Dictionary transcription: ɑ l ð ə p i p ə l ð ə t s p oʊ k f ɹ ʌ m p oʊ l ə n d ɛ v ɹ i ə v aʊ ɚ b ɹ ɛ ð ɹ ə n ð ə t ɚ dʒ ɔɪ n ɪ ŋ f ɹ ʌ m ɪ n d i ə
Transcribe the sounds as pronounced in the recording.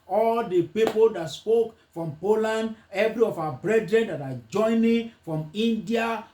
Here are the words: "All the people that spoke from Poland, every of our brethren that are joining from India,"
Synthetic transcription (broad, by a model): ɑ l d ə p i p ə l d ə t s p oʊ k f ɹ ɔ m p oʊ l ə n d ɛ v ɹ i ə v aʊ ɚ b ɹ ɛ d ɹ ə n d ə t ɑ dʒ ɔɪ n ɪ ŋ f ɹ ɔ m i n d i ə